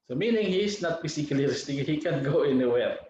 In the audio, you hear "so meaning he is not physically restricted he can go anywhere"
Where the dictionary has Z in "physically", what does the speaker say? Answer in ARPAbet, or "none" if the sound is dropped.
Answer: S